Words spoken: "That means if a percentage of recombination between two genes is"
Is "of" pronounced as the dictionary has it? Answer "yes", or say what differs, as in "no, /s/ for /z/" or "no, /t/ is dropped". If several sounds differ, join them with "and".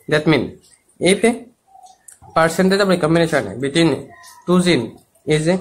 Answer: no, /b/ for /v/